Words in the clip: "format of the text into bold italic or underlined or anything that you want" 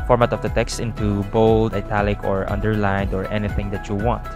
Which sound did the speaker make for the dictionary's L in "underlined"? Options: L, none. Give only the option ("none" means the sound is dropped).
L